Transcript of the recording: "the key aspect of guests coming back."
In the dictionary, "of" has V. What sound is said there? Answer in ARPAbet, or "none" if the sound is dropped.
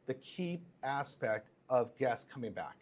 V